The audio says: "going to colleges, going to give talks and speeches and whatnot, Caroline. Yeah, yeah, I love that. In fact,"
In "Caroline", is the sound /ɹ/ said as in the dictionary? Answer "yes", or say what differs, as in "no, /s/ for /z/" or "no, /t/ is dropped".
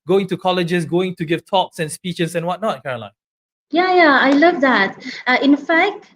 yes